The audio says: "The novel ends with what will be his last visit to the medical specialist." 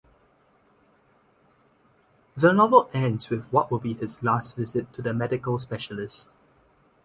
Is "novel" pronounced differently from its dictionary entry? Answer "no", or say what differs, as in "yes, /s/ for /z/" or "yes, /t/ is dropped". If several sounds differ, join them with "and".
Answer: no